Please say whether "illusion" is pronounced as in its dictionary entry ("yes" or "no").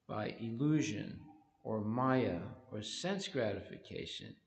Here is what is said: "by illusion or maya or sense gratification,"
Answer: yes